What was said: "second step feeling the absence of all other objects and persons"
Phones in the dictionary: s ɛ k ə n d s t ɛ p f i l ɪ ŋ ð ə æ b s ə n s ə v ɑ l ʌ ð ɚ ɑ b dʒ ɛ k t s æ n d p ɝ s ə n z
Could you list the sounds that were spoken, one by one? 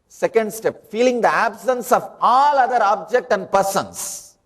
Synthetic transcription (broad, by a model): s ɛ k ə n d s t ɛ p f i l ɪ ŋ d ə æ b s ə n s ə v ɑ l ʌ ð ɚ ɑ b dʒ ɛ k t æ n d p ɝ s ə n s